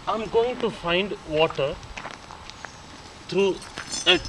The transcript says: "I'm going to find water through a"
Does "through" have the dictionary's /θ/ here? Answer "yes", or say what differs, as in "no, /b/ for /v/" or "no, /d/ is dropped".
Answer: no, /t/ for /θ/